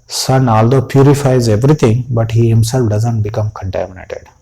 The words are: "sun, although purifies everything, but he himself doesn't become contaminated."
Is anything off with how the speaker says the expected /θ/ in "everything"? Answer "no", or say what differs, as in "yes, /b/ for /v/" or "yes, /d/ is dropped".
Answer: yes, /t/ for /θ/